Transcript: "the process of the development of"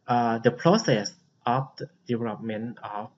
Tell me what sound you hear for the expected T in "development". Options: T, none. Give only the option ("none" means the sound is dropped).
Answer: none